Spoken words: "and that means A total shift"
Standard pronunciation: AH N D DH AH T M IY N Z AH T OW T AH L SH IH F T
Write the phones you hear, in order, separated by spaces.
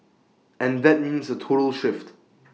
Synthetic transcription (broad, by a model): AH N DH AH T M IY N Z AH T OW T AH L SH IH F T